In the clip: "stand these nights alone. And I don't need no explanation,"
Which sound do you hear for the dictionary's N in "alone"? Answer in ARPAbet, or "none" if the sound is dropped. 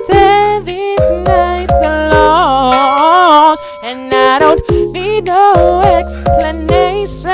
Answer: none